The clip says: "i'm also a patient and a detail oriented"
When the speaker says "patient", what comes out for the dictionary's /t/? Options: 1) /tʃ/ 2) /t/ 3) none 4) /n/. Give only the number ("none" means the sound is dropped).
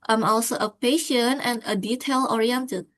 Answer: 3